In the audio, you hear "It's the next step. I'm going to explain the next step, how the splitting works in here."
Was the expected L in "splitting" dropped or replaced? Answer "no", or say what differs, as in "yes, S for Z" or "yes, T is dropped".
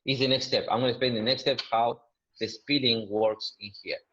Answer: yes, L is dropped